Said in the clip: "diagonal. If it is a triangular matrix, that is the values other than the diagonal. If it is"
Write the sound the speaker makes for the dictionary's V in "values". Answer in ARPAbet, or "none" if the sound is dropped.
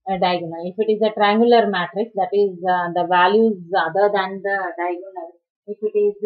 V